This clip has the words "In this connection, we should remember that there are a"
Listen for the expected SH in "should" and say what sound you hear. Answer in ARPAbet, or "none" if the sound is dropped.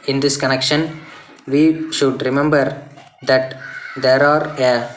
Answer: SH